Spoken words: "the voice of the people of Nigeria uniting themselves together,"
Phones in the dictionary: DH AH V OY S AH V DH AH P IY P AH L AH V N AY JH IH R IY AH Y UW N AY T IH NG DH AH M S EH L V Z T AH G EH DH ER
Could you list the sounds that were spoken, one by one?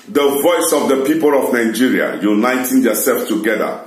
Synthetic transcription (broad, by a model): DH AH V OY S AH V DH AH P IY P AH L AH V N AY JH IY R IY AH Y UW N AY T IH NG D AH S EH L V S T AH G EH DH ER